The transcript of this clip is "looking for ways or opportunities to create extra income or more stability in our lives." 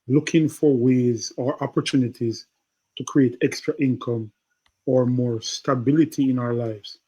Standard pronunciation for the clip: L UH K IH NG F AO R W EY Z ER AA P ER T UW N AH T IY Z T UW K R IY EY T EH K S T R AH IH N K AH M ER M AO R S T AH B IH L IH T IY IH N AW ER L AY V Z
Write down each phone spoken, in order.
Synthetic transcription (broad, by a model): L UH K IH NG F AO R W EY Z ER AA P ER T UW N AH T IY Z T UW K R IY EY T EH K S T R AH IH N K AH M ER M AO R S T AH B IH L IH T IY IH N AW ER L AY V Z